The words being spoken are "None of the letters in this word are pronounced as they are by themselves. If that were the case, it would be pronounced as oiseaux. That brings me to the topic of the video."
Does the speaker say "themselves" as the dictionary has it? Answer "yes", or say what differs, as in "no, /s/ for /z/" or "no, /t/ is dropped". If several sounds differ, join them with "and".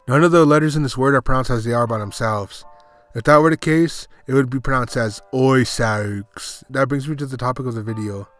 yes